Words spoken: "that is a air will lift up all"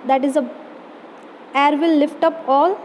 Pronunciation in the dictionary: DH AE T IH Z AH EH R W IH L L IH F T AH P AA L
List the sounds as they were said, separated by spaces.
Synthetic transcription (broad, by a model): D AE T IH Z AH EH R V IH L L IH F T AH P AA L